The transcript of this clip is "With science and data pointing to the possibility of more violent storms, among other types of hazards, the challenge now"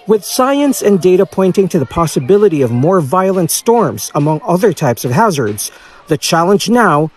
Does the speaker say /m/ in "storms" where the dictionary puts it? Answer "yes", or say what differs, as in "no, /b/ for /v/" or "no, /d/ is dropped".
yes